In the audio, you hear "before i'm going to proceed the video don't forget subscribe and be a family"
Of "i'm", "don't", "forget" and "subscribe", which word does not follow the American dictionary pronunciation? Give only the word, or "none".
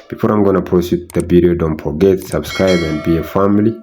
forget